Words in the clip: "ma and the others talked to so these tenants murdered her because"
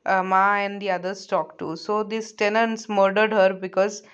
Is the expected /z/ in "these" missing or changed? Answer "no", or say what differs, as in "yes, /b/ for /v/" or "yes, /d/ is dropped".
yes, /s/ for /z/